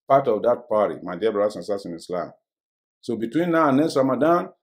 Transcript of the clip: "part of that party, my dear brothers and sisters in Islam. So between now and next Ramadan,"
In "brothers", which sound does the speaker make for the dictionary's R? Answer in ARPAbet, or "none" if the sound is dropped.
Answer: none